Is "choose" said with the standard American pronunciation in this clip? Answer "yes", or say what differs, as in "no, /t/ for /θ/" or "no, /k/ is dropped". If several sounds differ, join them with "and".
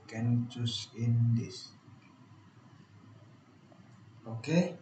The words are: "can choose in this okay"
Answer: no, /s/ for /z/